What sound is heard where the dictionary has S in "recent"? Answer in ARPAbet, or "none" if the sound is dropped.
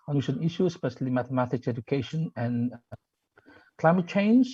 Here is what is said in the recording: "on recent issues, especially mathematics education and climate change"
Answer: SH